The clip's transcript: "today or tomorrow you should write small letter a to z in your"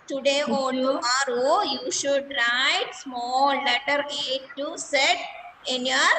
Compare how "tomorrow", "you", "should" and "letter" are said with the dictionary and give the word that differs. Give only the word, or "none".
tomorrow